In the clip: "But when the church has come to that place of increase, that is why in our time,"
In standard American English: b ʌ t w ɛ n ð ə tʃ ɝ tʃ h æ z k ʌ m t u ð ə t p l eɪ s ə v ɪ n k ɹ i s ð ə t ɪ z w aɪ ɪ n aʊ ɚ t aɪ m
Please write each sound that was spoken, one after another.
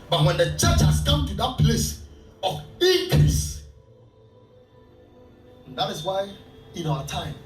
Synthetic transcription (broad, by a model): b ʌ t w ɛ n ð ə tʃ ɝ tʃ h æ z k ʌ m t u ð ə t p l eɪ s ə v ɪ k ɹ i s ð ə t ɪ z w aɪ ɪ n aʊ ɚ t aɪ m